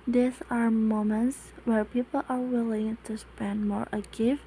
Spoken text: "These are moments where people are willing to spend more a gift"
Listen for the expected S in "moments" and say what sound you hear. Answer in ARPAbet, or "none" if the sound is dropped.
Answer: S